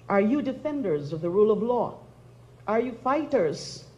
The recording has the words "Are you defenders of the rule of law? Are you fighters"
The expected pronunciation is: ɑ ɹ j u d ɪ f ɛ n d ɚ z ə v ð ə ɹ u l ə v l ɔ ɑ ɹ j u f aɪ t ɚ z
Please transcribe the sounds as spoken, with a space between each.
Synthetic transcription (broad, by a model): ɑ ɹ j u d ɪ f ɛ n d ɚ z ə v ð ə ɹ u l ə v l ɔ ɑ ɹ j u f aɪ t ɚ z